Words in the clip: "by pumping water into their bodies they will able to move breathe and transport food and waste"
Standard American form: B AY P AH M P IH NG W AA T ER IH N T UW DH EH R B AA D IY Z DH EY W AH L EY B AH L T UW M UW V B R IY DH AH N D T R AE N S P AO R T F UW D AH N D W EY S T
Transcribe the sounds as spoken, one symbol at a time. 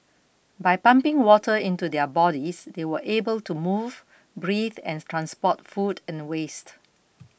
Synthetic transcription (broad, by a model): B AY P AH M P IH NG W AA T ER IH N T UW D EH B AA D IY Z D EY W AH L EY B AH L T UW M UW V B R IY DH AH N T R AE N S P AO T F UW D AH N W EY S T